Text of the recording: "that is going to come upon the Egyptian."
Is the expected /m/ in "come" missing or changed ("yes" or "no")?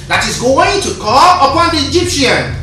yes